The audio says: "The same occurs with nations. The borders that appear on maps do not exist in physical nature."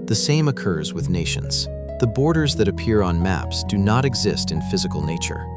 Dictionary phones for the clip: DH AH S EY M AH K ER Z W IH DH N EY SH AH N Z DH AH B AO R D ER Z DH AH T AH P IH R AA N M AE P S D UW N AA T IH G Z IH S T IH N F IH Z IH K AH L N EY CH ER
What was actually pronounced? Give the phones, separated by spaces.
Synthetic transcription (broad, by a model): DH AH S EY M AH K ER Z W IH DH N EY SH AH N Z DH AH B AO R D ER Z DH AH T AH P IH R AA N M AE P S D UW N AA T IH G Z IH S T IH N F IH Z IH K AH L N EY CH ER